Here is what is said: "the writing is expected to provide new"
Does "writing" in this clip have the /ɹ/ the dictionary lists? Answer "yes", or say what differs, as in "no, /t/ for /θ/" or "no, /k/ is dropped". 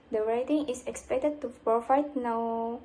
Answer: yes